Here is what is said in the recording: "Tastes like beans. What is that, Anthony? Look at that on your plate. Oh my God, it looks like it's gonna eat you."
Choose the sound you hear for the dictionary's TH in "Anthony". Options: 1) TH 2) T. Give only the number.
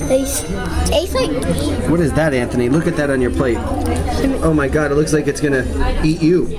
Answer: 1